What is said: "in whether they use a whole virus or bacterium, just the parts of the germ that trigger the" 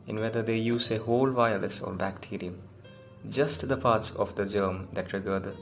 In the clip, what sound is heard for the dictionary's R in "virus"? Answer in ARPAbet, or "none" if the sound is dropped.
L